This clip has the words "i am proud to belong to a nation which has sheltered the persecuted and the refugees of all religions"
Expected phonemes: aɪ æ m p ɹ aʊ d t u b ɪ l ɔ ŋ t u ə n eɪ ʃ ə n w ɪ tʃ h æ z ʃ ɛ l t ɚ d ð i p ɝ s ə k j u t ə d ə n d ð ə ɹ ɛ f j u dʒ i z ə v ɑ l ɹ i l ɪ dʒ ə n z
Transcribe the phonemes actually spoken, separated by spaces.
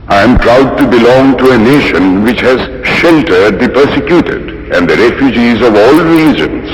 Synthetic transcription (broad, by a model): aɪ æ m p ɹ aʊ d t u b ɪ l ɔ ŋ t u ə n eɪ ʃ ə n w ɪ tʃ h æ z ʃ ɛ l t ɚ d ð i p ɝ s ə k j u t ə d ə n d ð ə ɹ ɛ f j u dʒ i z ə v ɑ l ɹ i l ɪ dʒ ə n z